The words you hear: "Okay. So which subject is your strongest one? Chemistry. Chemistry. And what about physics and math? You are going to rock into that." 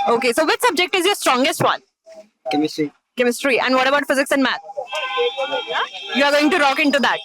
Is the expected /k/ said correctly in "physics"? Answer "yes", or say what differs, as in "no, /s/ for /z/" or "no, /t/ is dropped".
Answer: yes